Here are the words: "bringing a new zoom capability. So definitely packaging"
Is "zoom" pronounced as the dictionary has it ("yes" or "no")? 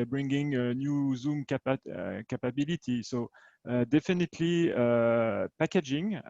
yes